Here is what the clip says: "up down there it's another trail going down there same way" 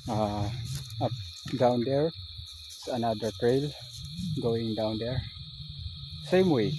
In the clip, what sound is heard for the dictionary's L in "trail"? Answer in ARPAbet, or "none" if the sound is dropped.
L